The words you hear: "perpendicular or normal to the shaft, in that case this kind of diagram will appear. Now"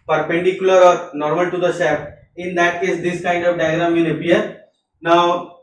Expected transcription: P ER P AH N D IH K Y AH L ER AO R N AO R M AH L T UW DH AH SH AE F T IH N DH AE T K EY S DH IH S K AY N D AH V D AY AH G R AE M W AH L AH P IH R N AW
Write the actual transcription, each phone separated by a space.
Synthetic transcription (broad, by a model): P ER P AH N D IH K Y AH L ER AO R N AO R M AH L T UW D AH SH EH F IH N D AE T K EY S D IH S K AY N D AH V D AY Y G R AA M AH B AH AH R N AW